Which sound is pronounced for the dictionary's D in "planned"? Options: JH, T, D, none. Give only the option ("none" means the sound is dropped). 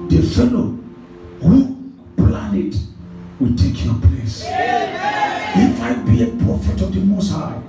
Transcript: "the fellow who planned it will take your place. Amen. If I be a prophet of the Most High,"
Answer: none